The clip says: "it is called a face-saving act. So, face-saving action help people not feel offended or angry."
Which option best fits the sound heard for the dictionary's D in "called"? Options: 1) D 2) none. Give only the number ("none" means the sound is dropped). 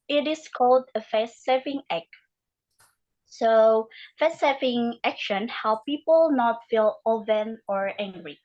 1